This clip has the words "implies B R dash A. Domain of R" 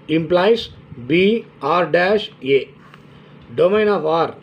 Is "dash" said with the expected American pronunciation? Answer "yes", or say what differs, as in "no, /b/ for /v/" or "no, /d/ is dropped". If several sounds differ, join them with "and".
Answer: yes